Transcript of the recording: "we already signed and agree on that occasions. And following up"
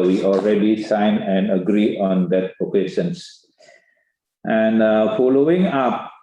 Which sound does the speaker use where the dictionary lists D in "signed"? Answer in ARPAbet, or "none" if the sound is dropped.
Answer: none